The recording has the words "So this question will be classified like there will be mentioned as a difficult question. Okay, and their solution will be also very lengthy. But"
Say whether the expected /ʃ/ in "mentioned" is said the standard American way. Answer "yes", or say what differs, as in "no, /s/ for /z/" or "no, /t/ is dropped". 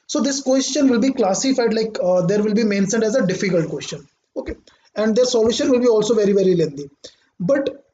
no, /s/ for /ʃ/